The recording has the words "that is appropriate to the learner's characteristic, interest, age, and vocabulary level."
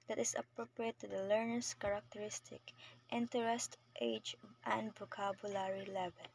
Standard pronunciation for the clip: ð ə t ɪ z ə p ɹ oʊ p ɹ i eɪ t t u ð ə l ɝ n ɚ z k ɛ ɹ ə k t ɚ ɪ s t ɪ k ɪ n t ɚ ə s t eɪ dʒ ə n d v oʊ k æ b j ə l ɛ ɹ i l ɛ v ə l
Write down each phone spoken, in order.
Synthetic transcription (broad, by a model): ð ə t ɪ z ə p ɹ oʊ p ɹ i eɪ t t u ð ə l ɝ n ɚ s k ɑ ɹ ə k t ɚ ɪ s t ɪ k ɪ n t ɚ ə s t eɪ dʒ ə n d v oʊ k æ b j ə l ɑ ɹ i l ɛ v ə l